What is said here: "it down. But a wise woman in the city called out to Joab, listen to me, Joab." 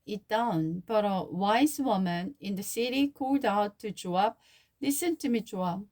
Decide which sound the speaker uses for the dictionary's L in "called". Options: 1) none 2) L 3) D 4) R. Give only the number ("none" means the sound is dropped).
2